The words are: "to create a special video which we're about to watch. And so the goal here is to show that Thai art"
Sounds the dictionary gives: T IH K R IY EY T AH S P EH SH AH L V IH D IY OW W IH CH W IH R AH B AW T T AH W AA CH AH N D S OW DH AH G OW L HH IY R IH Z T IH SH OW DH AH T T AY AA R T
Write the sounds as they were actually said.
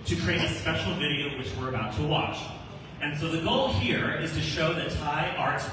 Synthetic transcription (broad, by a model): T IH K R IY EY T AH S P EH SH L V IH D IY OW W IH CH W IH R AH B AW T T AH W AA CH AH N S OW DH AH G OW L HH IY R IH Z T IH SH OW DH AH T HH AY AA R T